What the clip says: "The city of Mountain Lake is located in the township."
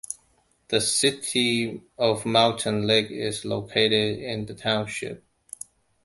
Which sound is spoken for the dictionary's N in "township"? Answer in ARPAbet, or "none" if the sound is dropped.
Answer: N